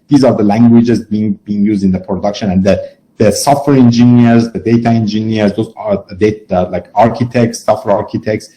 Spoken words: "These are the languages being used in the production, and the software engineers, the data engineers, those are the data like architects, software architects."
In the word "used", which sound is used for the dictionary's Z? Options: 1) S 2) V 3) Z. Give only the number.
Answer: 3